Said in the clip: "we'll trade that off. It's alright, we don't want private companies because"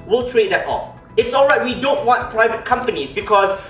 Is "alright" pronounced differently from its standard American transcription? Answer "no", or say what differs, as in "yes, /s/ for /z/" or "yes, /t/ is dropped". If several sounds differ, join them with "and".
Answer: no